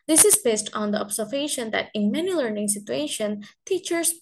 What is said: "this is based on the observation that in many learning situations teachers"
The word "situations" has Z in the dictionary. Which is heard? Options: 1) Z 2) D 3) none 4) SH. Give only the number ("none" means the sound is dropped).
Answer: 3